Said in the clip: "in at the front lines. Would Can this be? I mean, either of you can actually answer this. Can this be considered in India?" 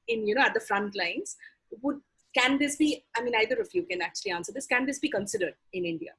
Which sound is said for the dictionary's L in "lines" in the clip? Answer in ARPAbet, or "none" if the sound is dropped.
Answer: L